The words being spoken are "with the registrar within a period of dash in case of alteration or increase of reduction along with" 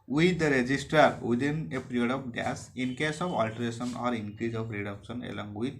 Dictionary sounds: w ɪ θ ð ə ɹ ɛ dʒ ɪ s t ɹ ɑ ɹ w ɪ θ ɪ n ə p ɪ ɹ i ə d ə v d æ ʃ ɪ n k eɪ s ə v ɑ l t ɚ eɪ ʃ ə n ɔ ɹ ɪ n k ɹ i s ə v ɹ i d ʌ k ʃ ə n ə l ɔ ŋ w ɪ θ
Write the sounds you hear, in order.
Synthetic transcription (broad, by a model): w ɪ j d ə ɹ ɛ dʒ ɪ s t ɑ ɹ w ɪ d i n ə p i ɹ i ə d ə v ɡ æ s ɪ n k eɪ s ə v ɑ l t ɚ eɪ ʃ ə n ɔ ɹ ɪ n k ɹ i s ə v ɹ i d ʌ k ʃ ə n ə l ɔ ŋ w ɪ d